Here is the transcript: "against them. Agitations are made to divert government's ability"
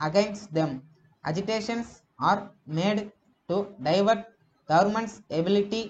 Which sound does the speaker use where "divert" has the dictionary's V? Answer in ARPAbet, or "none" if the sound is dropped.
V